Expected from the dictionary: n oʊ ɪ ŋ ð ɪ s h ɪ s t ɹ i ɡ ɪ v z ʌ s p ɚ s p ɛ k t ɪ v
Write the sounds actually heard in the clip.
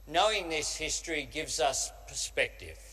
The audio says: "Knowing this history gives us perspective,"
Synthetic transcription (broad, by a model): n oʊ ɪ ŋ ð ɪ s h ɪ s t ɹ i ɡ ɪ v z ʌ s p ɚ s p ɛ k t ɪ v